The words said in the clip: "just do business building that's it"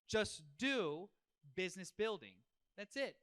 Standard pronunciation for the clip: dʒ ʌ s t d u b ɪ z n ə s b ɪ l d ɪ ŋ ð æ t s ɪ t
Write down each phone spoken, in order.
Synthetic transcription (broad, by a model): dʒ ʌ s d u b ɪ z n ə s b ɪ l d ɪ ŋ ð æ t s ɪ t